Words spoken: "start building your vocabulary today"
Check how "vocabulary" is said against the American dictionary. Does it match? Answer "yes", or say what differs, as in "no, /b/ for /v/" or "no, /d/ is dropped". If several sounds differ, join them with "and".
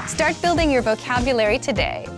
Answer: yes